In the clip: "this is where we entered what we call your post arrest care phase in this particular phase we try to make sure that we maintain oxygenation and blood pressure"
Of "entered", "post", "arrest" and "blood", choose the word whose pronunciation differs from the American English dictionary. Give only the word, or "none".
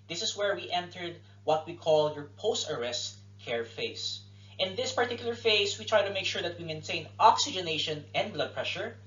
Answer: none